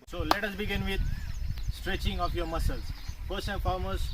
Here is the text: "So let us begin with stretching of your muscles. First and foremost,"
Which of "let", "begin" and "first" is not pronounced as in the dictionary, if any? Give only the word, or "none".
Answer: first